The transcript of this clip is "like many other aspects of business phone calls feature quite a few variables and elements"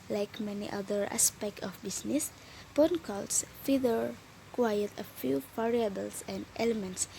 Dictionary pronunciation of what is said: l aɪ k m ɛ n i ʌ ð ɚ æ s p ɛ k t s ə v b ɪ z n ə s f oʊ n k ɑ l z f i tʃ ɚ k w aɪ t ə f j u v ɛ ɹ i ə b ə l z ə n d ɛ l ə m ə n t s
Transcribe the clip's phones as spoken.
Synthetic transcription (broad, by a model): l aɪ k m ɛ n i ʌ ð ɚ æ s p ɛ k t ə f b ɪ s n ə s p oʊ n k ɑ l s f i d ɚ k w aɪ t ə f j u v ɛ ɹ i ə b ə l s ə n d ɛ l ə m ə n t s